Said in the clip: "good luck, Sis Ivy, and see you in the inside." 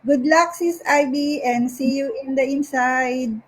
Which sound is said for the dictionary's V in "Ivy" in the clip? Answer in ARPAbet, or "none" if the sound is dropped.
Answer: B